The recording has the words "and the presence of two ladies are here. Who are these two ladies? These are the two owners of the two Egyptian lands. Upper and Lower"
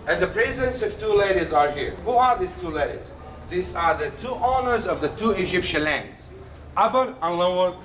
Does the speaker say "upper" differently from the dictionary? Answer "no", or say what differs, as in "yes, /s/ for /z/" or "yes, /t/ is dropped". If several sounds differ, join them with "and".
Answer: yes, /b/ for /p/